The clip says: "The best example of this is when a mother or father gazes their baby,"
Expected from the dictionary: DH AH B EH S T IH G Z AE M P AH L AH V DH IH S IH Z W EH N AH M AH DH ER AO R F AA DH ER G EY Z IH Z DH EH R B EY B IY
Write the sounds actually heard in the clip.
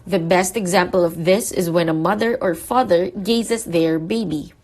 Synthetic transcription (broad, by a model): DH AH B EH S T IH G Z AE M P AH L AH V DH IH S IH Z W EH N AH M AH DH ER AO R F AA DH ER G EY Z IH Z DH EH R B EY B IY